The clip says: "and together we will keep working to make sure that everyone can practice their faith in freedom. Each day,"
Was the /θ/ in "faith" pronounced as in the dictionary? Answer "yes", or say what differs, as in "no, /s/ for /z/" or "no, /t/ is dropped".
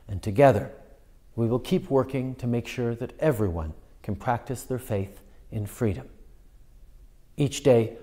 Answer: yes